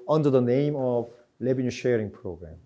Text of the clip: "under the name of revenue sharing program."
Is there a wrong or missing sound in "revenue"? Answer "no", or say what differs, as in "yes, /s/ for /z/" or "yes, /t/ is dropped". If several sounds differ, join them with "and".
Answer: yes, /l/ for /ɹ/ and /b/ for /v/